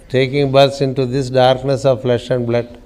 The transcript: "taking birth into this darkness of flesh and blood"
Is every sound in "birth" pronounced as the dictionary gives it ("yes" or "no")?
no